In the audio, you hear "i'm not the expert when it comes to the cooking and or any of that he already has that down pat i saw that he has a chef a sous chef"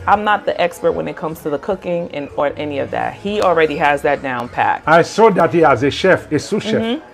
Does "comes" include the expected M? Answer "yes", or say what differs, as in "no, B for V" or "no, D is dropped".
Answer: yes